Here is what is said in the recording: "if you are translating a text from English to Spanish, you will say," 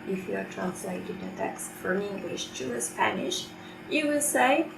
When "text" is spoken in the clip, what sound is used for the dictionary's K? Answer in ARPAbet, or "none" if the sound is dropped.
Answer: K